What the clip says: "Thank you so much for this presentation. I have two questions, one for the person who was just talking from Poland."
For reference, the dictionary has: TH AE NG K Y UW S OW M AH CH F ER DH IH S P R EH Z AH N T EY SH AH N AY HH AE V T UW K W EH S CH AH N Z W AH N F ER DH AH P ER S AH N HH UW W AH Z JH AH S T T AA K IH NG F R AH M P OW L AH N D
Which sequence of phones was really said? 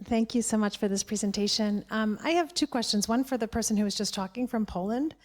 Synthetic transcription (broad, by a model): TH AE NG K Y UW S OW M AH CH F ER DH IH S P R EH Z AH N T EY SH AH N AY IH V T UW K W EH S CH AH N Z W AH N F ER DH AH P ER S AH N HH UW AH Z JH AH S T T AA K IH NG F R AH M P OW L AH N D